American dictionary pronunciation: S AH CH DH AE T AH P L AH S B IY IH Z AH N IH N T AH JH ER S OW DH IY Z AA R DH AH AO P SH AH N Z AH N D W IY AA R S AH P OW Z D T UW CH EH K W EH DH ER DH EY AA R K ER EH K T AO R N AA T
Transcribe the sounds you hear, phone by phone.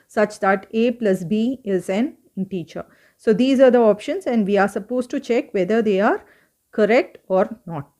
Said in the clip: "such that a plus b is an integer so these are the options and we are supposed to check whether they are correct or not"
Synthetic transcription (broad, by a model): S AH CH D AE T AH P L AH S B IY IH Z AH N N T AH CH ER S OW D IY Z AA R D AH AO P SH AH N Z AH N D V IY AA R S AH P OW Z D T UW CH EH K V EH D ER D EY AA R K ER EH K T AO R N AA T